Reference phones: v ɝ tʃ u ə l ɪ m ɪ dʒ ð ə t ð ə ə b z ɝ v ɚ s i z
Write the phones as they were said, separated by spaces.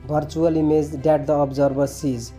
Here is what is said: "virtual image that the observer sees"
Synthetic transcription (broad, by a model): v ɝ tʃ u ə l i m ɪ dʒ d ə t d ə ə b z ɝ b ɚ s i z